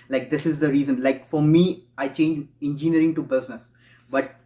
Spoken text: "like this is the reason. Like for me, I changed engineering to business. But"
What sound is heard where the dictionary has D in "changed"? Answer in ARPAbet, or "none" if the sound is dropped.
none